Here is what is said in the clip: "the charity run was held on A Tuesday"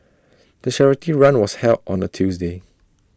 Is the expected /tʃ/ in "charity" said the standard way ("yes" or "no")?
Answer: no